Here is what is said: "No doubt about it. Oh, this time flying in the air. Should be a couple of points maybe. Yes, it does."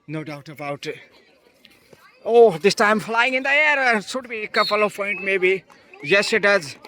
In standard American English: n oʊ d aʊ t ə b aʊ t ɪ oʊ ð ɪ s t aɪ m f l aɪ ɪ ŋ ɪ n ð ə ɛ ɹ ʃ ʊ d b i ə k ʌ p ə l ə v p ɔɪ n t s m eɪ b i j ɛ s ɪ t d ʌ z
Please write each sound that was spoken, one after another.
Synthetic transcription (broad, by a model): n oʊ d aʊ t ə b aʊ t oʊ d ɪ s t aɪ m f l aɪ ɪ ŋ ɪ n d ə ɛ ɹ s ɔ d b i k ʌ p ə l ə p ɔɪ n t m eɪ b i j ɛ s ɪ t d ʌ z